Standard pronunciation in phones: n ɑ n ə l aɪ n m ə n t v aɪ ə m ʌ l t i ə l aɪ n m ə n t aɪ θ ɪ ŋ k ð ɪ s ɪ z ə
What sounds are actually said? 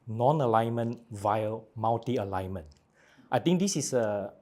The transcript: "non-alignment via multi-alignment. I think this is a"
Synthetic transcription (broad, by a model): n ɑ n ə l aɪ n m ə n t v aɪ ə m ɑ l t i ə l aɪ n m ə n t aɪ t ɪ ŋ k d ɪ s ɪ s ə